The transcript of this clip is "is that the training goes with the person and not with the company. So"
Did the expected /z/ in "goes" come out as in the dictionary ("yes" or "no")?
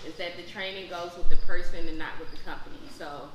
yes